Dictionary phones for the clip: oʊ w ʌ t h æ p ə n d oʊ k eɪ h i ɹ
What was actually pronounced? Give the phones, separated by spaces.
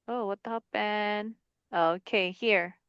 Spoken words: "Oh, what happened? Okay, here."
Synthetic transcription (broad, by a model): oʊ w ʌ t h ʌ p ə n oʊ k eɪ h i ɹ